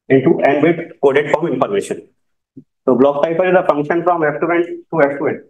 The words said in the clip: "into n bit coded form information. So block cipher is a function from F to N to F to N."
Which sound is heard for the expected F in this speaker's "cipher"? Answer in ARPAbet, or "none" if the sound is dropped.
P